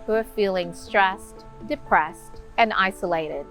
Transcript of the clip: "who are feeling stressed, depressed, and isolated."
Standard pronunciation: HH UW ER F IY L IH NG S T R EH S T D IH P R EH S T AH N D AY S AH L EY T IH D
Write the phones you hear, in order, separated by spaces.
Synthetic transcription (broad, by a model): HH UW ER F IY L IH NG S T R EH S T D IH P R EH S T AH N AY S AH L EY T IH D